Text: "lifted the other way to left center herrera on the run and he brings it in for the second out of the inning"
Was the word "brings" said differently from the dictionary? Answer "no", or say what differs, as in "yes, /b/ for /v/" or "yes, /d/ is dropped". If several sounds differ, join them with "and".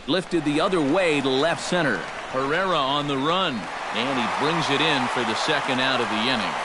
no